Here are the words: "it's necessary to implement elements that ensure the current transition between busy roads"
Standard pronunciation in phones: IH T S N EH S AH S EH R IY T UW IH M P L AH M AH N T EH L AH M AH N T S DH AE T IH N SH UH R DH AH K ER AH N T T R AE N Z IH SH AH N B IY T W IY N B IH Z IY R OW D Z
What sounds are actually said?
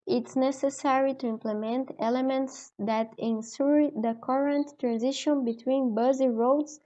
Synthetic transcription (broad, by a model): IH T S N EH S AH S EH R IY T UW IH M P L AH M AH N T EH L AH M AH N T S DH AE T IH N S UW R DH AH K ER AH N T T R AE N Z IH SH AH N B IY T W IY N B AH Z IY R OW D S